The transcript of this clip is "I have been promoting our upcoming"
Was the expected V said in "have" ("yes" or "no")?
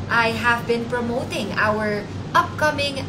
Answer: yes